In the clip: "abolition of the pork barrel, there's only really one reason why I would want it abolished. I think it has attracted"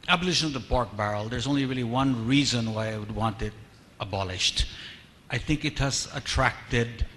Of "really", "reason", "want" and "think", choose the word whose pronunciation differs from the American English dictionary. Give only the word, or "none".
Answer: none